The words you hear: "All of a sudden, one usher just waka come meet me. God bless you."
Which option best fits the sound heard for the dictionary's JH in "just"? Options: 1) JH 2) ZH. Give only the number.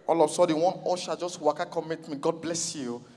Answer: 1